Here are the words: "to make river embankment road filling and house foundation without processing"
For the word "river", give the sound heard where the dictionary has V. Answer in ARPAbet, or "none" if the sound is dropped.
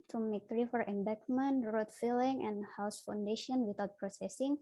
F